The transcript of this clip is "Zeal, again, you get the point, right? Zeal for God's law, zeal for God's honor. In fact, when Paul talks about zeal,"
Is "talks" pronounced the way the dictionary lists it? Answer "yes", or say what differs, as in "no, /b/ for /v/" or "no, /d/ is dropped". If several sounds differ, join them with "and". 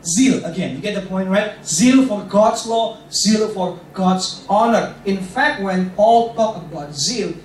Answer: no, /s/ is dropped